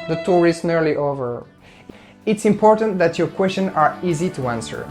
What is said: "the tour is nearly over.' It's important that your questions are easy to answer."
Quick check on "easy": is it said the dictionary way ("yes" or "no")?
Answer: yes